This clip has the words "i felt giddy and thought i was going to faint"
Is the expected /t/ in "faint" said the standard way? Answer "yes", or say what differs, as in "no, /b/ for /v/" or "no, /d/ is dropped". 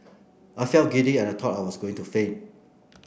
no, /t/ is dropped